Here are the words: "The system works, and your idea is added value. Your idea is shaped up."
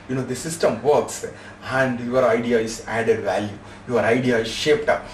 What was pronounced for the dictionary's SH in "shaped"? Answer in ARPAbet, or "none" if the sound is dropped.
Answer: SH